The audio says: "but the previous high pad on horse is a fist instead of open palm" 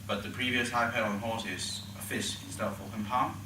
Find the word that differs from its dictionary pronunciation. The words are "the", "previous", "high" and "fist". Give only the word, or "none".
fist